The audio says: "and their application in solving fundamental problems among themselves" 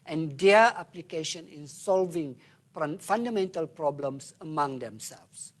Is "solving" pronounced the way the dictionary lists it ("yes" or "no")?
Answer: yes